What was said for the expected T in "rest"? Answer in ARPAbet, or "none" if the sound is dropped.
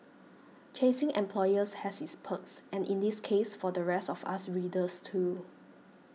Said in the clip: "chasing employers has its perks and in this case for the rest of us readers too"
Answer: T